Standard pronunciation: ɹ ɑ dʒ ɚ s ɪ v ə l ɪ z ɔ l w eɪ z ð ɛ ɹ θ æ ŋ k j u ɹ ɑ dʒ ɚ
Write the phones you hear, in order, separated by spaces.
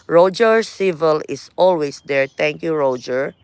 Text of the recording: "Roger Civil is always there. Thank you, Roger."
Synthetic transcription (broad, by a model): ɹ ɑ dʒ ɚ s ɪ v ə l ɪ s ɔ l w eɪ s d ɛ ɹ t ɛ ŋ k j u ɹ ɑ dʒ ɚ